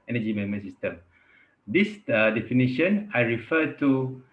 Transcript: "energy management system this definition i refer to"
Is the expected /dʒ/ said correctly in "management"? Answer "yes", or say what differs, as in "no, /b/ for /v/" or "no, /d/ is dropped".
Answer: no, /dʒ/ is dropped